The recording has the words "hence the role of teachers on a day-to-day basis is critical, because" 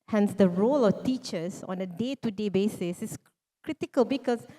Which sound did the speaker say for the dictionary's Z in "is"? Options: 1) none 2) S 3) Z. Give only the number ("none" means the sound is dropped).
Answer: 2